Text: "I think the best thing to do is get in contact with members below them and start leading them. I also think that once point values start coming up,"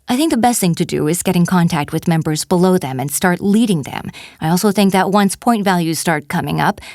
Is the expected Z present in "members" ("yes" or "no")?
yes